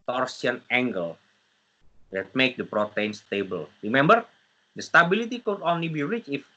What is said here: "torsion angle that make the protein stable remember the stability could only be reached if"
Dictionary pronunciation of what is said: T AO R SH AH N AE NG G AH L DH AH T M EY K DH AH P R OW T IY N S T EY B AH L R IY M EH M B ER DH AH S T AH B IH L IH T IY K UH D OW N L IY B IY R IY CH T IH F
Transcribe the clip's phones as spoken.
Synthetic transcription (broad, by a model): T AO R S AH N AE NG G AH L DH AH T M EY K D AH P R OW T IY N S T EY B AH L R IY M EH M B ER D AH S T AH B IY L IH T IY K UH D OW N L IY B IY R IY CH IH F